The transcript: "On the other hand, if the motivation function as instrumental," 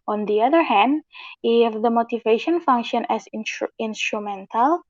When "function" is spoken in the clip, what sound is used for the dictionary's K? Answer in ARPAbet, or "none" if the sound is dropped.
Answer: K